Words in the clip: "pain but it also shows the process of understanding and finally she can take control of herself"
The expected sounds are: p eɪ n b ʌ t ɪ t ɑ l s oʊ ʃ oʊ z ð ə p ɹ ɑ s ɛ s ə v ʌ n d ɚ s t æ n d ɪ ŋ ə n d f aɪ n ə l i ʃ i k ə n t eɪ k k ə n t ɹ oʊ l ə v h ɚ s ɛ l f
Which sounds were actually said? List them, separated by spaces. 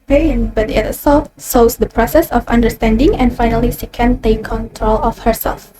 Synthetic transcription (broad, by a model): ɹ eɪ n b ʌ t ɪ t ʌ s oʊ s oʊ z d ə p ɹ ɑ s ɛ s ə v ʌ n d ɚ s t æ n d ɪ ŋ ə n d f aɪ n ə l i ʃ i k ə n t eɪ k k ə n t ɹ oʊ l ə f h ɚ s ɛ l f